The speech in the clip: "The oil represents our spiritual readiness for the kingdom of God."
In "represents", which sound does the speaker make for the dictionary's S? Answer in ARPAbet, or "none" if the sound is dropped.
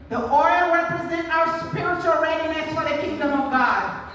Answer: none